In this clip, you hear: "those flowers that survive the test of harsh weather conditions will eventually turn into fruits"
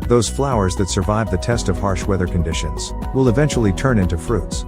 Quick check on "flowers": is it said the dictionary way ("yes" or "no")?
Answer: yes